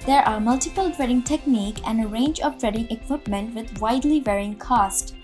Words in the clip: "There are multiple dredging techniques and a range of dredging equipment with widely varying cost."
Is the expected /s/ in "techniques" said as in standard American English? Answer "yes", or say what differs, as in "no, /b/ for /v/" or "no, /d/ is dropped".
no, /s/ is dropped